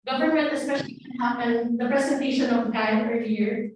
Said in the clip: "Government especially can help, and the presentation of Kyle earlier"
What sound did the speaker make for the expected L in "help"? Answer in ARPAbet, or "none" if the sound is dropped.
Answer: none